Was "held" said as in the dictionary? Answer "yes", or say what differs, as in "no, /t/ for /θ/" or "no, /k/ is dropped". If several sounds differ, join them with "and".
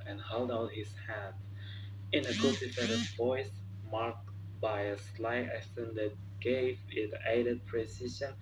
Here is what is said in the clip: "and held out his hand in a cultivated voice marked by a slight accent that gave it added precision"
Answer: yes